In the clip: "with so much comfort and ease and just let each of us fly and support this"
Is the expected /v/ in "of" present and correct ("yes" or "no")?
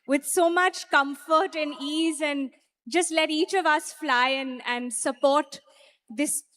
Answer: yes